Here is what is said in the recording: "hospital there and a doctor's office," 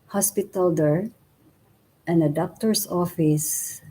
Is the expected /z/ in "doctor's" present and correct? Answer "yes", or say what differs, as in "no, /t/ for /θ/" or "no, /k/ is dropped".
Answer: no, /s/ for /z/